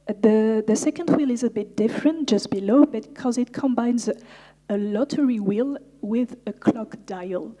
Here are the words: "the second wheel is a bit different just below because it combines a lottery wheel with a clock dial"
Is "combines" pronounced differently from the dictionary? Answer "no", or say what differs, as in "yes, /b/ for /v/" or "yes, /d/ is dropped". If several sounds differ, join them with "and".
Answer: no